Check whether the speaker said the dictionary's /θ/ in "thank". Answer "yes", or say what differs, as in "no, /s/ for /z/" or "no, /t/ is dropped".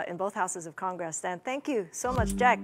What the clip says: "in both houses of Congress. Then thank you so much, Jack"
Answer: yes